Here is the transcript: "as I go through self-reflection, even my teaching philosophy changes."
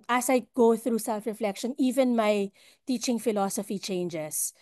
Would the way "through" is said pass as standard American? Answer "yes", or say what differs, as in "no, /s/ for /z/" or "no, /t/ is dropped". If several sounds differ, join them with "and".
yes